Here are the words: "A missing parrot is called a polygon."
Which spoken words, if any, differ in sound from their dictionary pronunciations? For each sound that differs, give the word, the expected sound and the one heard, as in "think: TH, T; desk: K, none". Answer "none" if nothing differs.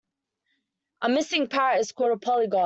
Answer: called: L, none; polygon: N, none